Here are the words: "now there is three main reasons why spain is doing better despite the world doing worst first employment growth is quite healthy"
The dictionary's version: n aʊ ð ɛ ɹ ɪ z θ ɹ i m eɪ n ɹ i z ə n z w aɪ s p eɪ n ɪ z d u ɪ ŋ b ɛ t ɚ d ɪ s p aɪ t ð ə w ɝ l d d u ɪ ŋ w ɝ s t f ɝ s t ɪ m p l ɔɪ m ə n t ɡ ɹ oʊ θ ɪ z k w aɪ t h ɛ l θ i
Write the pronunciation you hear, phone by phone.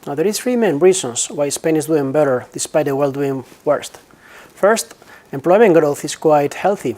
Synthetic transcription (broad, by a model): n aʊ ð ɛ ɹ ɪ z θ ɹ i m eɪ n ɹ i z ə n s w aɪ s p eɪ n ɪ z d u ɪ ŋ b ɛ t ɚ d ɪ s p aɪ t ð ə w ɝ l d d u ɪ ŋ w ɝ s t f ɝ s t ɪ m p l ɔɪ m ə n ɡ ɹ oʊ θ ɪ s k w aɪ t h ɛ l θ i